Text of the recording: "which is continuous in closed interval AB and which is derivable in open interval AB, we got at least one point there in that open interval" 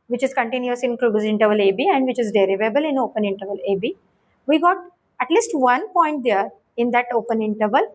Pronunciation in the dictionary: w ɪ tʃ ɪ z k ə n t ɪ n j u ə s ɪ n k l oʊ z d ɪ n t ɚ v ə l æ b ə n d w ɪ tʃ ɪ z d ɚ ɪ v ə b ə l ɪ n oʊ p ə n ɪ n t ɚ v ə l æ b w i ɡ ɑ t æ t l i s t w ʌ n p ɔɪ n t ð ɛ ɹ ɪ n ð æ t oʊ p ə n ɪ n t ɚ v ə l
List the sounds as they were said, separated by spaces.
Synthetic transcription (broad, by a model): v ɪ tʃ ɪ z k ə n t ɪ n j u ə s ɪ n k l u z ɪ n t ɚ v ə l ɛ b ə n d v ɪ tʃ ɪ z d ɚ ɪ v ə b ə l ɪ n oʊ p ə n ɪ n t ɚ v ə l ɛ b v i ɡ ɑ t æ t l i s t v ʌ n p ɔɪ n t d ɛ ɹ ɪ n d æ t oʊ p ə n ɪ n t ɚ v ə l